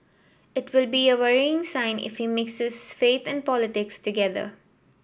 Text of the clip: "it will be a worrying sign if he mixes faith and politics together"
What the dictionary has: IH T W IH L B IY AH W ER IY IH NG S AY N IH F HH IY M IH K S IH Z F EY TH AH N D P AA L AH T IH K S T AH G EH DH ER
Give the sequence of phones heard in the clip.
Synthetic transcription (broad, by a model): IH T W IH L B IY AH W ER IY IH NG S AY N IH F HH IY M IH K S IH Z F EY T AH N D P AA L AH T IH K S T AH G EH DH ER